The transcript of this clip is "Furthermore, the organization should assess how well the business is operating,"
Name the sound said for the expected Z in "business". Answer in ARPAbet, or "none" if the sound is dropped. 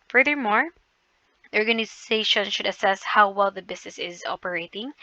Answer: S